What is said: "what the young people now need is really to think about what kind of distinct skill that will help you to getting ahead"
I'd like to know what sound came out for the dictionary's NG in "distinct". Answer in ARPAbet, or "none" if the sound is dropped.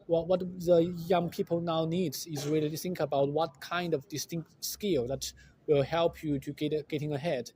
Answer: NG